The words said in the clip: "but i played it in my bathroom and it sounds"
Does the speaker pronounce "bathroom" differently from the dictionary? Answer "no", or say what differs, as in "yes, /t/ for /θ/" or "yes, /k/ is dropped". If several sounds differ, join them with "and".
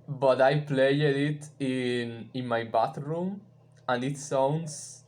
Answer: yes, /t/ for /θ/